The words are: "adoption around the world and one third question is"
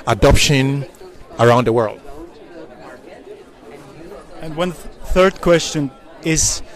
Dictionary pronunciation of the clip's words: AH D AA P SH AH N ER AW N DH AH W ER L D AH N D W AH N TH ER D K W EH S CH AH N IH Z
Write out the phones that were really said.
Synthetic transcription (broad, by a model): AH D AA P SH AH N ER AW N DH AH W ER L D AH N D W AH N TH ER D K W EH S CH AH N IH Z